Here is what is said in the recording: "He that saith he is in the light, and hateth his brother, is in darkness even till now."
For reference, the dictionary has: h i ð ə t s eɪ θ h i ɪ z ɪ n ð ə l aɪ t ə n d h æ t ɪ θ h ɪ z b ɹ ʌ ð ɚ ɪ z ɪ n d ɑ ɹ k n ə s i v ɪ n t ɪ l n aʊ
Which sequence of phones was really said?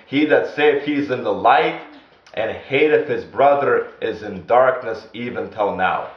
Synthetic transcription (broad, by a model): h i ð ə t s eɪ f h i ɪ z ɪ n ð ə l aɪ t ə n h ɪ t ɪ f h ɪ z b ɹ ʌ ð ɚ ɪ z ɪ n d ɑ ɹ k n ə s i v ɪ n t ɪ l n aʊ